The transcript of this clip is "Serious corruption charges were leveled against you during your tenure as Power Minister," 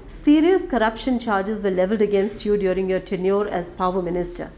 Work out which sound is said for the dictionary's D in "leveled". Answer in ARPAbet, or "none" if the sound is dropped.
D